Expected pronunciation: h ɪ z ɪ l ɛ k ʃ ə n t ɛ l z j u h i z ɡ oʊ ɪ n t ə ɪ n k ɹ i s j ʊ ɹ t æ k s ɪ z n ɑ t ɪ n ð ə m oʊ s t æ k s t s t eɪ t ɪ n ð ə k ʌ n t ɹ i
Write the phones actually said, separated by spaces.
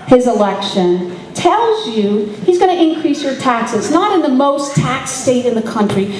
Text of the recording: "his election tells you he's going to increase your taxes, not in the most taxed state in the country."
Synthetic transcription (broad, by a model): h ɪ z ɪ l ɛ k ʃ ə n t ɛ l z j u h i z ɡ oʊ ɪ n t ɪ n k ɹ i s j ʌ ɹ t æ k s ɪ z n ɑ t ɪ n ð ə m oʊ s t æ k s s t eɪ t ɪ n ð ə k ʌ n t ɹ i